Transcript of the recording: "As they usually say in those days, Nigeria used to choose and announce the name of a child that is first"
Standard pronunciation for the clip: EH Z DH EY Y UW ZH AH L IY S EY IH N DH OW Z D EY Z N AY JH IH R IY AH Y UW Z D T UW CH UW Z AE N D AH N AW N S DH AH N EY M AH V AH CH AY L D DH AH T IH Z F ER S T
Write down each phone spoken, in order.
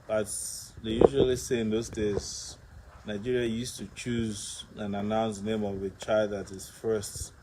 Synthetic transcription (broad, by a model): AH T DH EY Y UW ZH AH L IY S EY IH N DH OW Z D EY Z N AY JH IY R IY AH Y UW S T UW CH UW Z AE N AH N AW N S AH N EY M AH V AH CH AY L D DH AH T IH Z F ER S T